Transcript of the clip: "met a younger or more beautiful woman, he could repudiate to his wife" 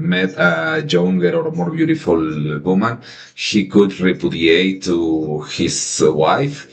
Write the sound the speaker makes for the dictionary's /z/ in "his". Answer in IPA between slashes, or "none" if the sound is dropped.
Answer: /s/